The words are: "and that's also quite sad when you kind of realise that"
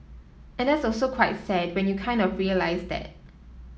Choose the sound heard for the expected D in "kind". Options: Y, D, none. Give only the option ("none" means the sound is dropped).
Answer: D